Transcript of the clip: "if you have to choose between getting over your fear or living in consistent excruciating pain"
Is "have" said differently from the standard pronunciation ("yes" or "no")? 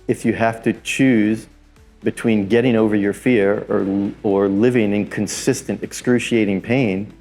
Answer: yes